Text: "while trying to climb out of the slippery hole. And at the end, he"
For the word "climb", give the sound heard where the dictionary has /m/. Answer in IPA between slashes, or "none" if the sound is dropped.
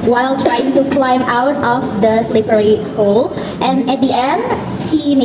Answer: /m/